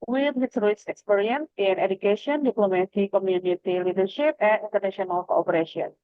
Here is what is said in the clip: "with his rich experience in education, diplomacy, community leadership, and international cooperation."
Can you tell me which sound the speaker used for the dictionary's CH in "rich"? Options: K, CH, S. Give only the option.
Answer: S